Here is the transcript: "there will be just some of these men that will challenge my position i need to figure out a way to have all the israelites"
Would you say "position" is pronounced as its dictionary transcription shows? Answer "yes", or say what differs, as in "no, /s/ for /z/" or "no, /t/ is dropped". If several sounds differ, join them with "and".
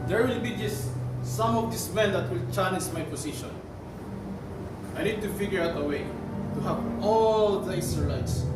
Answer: no, /s/ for /z/